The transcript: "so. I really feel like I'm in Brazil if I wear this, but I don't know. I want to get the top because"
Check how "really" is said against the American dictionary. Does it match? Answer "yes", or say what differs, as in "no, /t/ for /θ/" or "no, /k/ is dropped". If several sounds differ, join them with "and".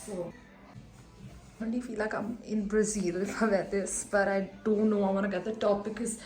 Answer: no, /n/ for /l/